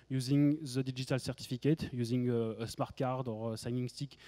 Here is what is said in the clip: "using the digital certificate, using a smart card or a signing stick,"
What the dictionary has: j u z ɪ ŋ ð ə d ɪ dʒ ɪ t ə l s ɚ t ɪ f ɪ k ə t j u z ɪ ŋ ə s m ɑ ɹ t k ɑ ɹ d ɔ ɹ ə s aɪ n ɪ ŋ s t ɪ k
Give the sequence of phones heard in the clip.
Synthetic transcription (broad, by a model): j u z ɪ ŋ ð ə d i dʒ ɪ t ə l s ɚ t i f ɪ k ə t j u z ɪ ŋ ə s m ɑ ɹ t k ɑ ɹ d ɔ ɹ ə s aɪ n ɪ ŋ s t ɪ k